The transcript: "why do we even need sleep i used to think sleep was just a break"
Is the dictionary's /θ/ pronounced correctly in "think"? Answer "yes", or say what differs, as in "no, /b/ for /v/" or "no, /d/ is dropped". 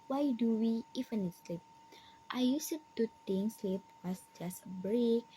no, /t/ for /θ/